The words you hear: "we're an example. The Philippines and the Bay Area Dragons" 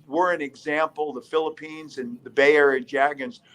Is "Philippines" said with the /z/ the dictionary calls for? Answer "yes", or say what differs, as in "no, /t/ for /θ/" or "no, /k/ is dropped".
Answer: yes